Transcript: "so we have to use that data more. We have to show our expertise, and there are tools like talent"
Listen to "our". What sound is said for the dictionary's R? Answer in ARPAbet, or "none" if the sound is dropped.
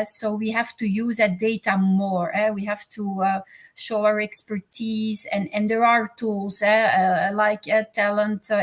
R